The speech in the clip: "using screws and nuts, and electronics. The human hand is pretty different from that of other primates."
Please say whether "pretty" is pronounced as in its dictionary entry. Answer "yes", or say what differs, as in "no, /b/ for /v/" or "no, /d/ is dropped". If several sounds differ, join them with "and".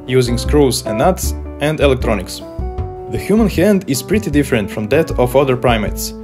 yes